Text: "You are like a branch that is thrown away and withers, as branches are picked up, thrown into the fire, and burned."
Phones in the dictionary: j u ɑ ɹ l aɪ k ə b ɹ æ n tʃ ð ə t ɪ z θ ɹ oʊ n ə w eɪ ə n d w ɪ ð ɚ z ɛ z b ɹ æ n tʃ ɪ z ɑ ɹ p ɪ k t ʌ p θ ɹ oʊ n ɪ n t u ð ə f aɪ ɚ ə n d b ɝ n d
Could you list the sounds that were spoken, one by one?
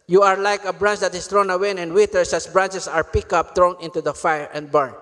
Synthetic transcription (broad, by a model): j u ɑ ɹ l aɪ k ə b ɹ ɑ n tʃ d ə t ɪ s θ ɹ oʊ n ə w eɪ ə n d w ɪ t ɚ s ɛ s b ɹ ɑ n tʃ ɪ s ɑ ɹ p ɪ k ʌ p t ɹ oʊ n ɪ n t u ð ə f aɪ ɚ ə n d b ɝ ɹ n